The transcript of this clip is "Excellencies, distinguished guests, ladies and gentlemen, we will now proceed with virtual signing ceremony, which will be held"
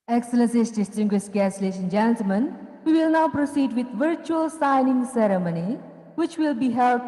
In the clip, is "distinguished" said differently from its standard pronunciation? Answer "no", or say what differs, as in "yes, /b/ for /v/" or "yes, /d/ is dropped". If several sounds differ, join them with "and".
yes, /s/ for /ʃ/